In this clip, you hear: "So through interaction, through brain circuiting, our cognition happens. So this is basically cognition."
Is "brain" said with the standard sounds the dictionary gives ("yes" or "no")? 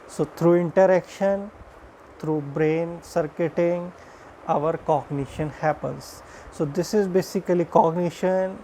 yes